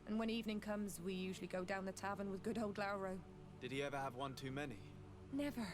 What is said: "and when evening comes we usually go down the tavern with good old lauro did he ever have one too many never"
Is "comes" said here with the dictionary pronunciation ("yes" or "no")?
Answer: yes